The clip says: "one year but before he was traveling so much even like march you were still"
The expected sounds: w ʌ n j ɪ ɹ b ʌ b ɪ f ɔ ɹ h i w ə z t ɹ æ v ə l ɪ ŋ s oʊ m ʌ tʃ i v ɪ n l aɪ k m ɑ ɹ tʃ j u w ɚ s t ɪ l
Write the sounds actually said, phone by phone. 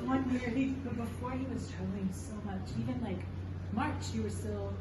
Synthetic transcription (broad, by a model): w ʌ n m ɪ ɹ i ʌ b ɪ f ɔ ɹ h i w ə z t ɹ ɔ ə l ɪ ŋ s oʊ m ʌ tʃ i v ɪ n l aɪ k m ɑ ɹ tʃ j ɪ w ɚ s t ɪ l